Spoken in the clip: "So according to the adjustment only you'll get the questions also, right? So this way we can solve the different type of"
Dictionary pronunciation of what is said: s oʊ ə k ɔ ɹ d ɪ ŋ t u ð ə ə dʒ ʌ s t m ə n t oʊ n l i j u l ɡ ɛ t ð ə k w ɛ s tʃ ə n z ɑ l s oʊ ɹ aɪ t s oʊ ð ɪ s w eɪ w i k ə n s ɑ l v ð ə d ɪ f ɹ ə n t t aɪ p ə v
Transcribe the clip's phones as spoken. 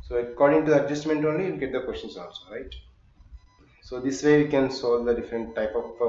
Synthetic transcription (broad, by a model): s oʊ ə k ɔ ɹ d ɪ ŋ t u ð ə ə dʒ ʌ s t m ə n t oʊ n l i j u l ɡ ɛ t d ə k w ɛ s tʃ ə n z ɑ n s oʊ ɹ aɪ t s oʊ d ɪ s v eɪ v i k ə n s ɑ l v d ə d ɪ f ɹ ə n t t aɪ p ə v